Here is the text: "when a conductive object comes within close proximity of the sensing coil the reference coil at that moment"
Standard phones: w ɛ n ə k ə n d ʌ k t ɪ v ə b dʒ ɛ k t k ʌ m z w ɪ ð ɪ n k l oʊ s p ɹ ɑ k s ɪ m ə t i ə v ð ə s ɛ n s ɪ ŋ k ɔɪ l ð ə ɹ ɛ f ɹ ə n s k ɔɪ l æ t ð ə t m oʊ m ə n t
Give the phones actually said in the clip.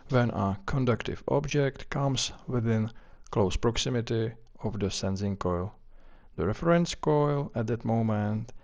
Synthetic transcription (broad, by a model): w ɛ n ə k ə n d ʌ k t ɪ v ə b dʒ ɛ k t k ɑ m s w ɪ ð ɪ n k l oʊ s p ɹ ɑ k s ɪ m ə t i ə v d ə s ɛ n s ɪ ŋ k ɔɪ l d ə ɹ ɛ f ɹ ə n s k ɔɪ l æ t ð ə t m oʊ m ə n t